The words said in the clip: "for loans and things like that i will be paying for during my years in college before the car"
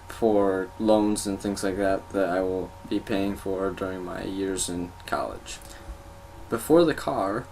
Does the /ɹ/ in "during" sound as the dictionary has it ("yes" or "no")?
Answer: yes